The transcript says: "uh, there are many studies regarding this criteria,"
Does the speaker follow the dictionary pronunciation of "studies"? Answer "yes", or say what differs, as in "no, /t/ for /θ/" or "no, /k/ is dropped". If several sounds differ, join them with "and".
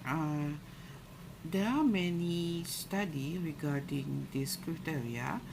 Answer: no, /z/ is dropped